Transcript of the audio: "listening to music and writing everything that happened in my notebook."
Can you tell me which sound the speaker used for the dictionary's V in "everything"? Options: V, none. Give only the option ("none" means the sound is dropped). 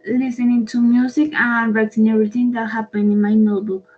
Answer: none